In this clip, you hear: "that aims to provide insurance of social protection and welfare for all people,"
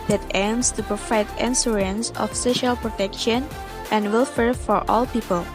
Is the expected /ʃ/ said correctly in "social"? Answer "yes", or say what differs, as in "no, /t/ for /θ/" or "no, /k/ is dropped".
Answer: yes